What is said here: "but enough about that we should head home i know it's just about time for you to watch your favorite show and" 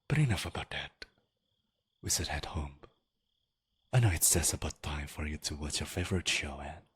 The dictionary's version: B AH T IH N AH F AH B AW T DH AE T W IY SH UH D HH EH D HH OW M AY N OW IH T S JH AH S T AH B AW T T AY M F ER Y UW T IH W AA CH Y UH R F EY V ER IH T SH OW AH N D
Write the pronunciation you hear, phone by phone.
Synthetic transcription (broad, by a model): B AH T IH N AH F AH B AW T DH AE T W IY S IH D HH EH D HH OW M AY N OW IH T S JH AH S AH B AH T T AY M F ER Y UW T IH W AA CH Y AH R F EY V ER IH T SH OW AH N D